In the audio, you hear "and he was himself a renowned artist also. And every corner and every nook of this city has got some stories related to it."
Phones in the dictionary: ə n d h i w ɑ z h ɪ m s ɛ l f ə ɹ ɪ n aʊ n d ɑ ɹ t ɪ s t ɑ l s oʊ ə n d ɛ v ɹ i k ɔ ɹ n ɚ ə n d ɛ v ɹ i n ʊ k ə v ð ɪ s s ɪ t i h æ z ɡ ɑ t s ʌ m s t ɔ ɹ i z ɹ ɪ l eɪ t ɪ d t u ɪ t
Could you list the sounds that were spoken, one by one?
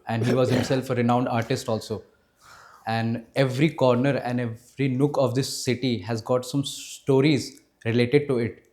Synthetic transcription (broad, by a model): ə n d h i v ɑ z h ɪ m s ɛ l f ə ɹ ɪ n aʊ n d ɑ ɹ t ɪ s t ɑ l s oʊ ə n d ɛ v ɹ i k ɔ ɹ n ɚ ə n d ɛ v ɹ i n ʊ k ə v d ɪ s s ɪ t i h æ z ɡ ɑ t s ʌ m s t ɔ ɹ i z ɹ ɪ l eɪ t ɪ d t u ɪ t